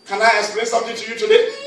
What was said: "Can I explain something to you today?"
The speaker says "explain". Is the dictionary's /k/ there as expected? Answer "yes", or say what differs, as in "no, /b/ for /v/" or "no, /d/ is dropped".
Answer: no, /k/ is dropped